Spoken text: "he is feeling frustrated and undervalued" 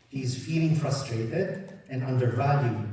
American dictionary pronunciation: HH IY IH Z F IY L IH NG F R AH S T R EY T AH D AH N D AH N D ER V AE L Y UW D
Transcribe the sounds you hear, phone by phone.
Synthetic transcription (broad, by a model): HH IY IH Z F IY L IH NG F R AH S T R EY T AH D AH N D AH N D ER V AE L Y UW